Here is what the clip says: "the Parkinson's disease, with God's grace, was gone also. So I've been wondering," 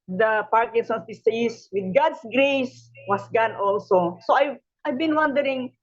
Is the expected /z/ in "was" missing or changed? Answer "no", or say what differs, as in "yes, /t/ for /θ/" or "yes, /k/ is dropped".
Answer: yes, /s/ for /z/